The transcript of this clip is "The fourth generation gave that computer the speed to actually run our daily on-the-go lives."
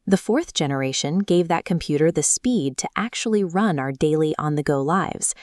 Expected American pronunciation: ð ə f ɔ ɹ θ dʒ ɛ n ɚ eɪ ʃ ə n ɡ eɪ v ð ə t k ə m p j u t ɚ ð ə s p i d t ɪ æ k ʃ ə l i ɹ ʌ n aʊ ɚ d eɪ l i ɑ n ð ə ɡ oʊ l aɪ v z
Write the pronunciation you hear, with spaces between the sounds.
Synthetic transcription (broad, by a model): ð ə f ɔ ɹ θ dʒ ɛ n ɚ eɪ ʃ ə n ɡ eɪ v ð ə t k ə m p j u t ɚ ð ə s p i d t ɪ æ k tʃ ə l i ɹ ʌ n aʊ ɚ d eɪ l i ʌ n ð ə ɡ oʊ l aɪ v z